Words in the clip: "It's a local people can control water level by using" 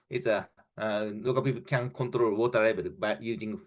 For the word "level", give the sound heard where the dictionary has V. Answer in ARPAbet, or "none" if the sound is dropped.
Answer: B